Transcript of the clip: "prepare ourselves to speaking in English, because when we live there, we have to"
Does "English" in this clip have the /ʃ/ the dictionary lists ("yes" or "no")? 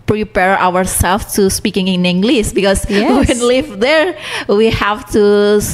no